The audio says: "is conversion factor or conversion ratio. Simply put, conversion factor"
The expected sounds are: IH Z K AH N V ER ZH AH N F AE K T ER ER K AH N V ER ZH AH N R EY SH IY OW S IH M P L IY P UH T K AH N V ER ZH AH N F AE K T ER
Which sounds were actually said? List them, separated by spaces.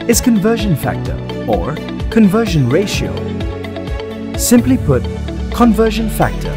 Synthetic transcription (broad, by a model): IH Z K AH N V ER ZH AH N F AE K T ER ER K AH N V ER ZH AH N R EY SH IY OW S IH M P L IY P UH T K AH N V ER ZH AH N F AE K T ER